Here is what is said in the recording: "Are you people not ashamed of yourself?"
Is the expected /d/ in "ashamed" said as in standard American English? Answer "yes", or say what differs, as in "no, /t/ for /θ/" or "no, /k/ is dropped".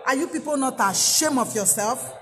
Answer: no, /d/ is dropped